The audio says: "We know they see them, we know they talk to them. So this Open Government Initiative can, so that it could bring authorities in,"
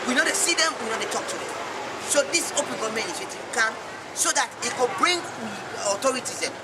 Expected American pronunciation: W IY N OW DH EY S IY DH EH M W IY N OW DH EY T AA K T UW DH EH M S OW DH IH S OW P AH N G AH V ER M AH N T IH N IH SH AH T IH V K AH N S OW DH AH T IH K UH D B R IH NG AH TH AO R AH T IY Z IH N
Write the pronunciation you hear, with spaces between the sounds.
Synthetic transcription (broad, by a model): W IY N OW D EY S IY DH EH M W IY N OW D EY T AA K T UW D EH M S OW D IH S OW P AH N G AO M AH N IH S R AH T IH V K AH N S OW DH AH T IH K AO B R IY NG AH T AO R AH T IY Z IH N